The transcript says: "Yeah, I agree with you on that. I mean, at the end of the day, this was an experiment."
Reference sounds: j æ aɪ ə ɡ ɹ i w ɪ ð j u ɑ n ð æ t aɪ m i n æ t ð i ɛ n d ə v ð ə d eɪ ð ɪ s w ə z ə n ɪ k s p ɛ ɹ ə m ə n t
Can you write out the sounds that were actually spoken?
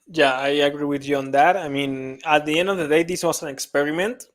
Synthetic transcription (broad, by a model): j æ aɪ ə ɡ ɹ i w ɪ ð j u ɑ n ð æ t aɪ m i n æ t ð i ɛ n d ə v ð ə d eɪ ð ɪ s w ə s ə n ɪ k s p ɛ ɹ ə m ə n t